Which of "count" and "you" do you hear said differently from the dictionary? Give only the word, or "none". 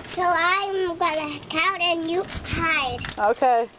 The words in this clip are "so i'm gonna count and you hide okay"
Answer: count